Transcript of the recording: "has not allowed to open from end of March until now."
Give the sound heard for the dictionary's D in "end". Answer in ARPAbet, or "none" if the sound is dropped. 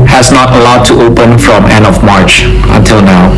D